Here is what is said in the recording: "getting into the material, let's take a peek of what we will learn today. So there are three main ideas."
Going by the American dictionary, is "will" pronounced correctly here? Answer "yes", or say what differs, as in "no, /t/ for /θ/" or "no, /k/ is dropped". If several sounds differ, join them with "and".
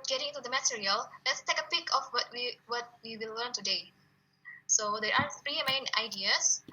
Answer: no, /w/ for /l/